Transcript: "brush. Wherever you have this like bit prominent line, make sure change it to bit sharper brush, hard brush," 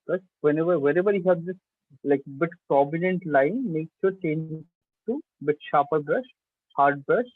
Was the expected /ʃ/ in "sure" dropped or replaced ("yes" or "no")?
yes